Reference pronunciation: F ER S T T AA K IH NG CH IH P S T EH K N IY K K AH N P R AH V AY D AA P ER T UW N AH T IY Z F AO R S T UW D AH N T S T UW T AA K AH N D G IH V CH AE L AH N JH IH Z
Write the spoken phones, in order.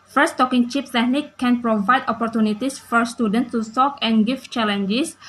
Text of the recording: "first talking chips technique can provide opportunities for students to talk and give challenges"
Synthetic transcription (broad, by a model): F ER S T T AA K IH NG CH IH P T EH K N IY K K AH N P R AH V AY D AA P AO T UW N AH T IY S F AO R S T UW D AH N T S T UW S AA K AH N G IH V CH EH L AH N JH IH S